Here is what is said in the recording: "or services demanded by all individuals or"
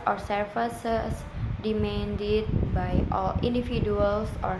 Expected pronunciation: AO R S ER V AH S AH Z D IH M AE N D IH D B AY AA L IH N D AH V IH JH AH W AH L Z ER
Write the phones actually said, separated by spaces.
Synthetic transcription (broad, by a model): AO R S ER F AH S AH S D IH M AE N D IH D B AY AA L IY N D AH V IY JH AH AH L S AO